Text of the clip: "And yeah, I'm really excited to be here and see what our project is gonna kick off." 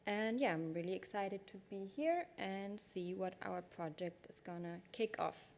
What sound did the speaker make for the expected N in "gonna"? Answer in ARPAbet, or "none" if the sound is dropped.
N